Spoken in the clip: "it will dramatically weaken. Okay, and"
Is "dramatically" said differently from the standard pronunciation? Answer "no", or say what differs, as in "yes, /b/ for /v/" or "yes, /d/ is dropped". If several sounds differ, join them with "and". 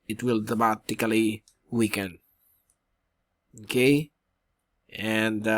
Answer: yes, /ɹ/ is dropped